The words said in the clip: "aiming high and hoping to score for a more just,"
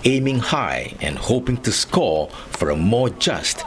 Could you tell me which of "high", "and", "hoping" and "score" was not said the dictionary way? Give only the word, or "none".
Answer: score